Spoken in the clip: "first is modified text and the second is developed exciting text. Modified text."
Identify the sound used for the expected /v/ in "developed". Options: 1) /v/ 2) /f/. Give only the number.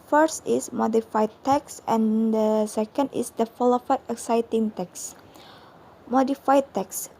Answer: 2